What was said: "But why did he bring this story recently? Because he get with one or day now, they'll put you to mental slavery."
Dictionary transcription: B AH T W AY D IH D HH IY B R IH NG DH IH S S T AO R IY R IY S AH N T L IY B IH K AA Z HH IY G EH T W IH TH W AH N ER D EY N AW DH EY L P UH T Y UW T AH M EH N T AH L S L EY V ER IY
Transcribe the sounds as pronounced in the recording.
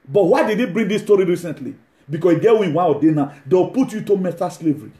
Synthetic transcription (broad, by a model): B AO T W AY D IH D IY B R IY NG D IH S S T AO R IY R IY S AH N T L IY B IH K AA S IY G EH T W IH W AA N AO D EY N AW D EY W P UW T Y UW T AH M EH T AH S L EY V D IY